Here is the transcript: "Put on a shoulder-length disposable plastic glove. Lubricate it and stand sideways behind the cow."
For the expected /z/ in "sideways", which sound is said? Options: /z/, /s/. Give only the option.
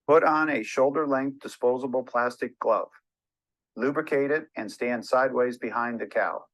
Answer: /z/